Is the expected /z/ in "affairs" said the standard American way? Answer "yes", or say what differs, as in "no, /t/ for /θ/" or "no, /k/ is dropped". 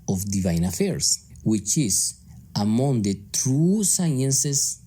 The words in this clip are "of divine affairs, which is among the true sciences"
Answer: no, /s/ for /z/